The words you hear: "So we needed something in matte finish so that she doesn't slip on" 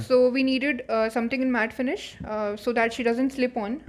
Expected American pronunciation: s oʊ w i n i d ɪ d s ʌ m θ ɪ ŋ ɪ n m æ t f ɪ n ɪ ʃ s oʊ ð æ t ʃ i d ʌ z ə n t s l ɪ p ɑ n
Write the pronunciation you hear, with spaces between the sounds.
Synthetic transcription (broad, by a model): s oʊ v i n i d ɪ d s ʌ m t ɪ ŋ ɪ n m æ t f ɪ n ɪ ʃ s oʊ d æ t ʃ i d ʌ z ə n t s l ɪ p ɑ n